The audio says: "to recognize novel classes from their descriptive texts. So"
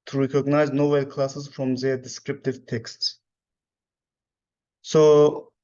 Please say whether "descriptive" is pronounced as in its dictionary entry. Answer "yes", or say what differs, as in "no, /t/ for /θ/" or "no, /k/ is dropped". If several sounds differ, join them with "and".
yes